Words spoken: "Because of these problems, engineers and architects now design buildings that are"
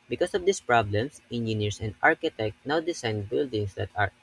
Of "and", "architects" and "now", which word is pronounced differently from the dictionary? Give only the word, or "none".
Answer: architects